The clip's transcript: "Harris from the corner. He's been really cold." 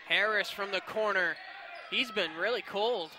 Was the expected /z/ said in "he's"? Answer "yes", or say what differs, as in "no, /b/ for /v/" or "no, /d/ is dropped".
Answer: yes